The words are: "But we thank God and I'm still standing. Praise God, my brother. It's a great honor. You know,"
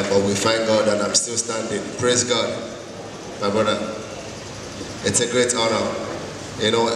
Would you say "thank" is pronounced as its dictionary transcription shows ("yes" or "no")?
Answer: no